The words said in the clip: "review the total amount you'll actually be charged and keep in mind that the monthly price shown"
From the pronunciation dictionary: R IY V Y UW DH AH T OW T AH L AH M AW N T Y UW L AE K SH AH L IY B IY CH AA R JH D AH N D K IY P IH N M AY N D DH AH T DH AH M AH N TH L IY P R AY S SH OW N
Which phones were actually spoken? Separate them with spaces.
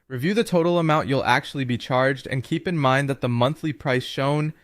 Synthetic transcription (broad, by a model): R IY V Y UW DH AH T OW T L AH M AW N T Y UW L AE K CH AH L IY B IY CH AA R JH D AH N K IY P IH N M AY N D DH AH T DH AH M AH N TH L IY P R AY S SH OW N